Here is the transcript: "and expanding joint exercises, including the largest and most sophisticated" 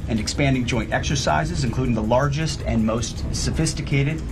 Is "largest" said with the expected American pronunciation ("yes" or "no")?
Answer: yes